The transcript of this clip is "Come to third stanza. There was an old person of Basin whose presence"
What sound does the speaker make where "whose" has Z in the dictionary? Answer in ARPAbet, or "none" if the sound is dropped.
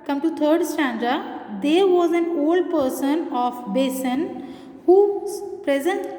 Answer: none